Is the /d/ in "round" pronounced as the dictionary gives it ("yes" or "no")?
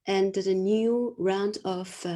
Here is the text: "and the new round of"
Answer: yes